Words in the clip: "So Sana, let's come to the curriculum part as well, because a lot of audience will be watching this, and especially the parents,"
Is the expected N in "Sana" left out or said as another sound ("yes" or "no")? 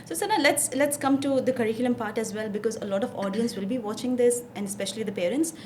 yes